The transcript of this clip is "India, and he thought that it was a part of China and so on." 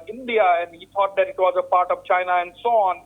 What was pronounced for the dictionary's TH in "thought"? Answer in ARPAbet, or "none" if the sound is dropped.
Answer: T